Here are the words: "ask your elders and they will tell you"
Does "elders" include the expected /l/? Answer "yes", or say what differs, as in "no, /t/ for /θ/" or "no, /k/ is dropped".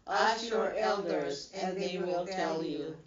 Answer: yes